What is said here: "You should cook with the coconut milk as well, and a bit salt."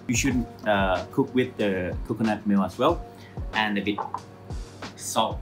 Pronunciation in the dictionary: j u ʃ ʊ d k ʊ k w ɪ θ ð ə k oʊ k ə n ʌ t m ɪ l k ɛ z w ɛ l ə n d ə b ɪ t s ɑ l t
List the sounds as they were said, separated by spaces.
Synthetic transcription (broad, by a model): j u ʃ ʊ d k ʊ k w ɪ ð ə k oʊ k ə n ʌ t m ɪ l ʌ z w ɛ l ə n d ə b ɪ t s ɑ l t